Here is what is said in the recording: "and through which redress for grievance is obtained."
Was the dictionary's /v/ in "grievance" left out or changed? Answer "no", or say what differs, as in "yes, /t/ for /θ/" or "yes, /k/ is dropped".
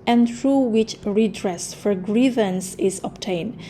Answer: no